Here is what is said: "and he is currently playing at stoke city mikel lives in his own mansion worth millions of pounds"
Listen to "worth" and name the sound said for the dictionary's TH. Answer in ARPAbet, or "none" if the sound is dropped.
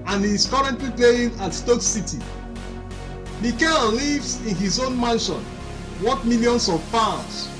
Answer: T